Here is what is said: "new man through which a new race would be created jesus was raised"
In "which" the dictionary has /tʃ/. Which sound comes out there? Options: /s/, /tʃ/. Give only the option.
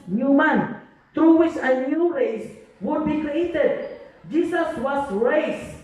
/s/